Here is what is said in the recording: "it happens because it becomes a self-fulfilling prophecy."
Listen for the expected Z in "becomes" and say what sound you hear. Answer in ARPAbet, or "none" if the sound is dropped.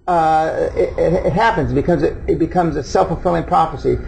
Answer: Z